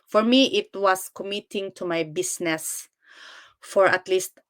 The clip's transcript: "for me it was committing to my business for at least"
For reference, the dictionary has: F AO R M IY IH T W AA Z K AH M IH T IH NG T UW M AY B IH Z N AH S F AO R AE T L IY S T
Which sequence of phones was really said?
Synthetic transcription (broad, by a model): F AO R M IY IH T W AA S K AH M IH T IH NG T UW M AY B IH S N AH S F AO R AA T L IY S T